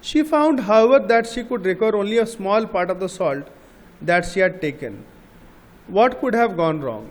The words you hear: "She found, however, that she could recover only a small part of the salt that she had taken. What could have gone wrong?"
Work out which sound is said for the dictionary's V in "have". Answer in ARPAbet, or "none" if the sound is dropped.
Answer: V